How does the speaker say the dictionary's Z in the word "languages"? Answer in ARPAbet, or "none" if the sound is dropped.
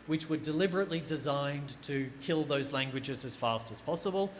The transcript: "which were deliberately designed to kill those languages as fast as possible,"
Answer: Z